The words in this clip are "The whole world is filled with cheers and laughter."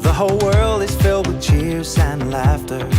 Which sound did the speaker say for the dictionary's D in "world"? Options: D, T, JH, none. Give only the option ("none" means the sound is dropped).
D